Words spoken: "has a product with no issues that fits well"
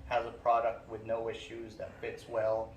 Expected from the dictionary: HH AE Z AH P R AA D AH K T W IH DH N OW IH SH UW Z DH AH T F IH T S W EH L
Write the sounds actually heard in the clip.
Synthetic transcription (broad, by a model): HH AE Z AH P R AA D AH K T W IH DH N OW IH SH UW Z DH AH T F IH T S W EH L